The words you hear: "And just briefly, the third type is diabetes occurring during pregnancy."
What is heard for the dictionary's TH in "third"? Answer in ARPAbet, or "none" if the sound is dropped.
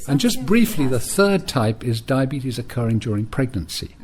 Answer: TH